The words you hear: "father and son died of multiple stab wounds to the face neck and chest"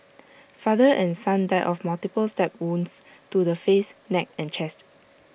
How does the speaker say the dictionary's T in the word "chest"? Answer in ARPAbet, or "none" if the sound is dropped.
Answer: T